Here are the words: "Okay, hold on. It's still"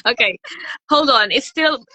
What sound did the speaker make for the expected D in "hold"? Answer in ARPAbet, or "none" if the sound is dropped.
D